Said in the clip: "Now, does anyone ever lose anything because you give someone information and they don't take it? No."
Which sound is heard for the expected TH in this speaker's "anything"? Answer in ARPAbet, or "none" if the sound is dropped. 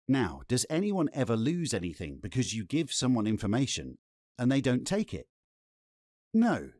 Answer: TH